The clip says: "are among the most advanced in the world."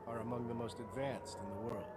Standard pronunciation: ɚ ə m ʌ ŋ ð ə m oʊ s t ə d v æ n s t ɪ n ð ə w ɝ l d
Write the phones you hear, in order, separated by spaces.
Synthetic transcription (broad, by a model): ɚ ə m ʌ ŋ ð ə m oʊ s t ə d v æ n s t ɪ n ð ə w ɝ l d